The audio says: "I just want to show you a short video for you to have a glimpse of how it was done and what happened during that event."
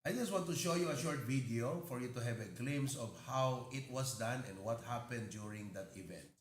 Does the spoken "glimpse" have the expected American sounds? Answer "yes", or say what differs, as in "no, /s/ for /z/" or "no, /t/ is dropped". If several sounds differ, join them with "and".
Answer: no, /p/ is dropped